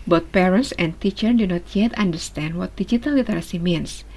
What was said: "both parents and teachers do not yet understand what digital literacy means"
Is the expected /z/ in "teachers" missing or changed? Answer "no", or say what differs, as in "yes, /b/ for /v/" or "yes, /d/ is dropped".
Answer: yes, /z/ is dropped